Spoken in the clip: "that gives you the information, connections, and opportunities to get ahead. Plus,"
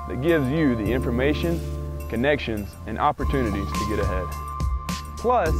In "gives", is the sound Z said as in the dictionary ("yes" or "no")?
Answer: yes